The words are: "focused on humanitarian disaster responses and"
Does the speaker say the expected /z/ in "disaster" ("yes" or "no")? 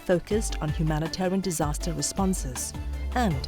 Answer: yes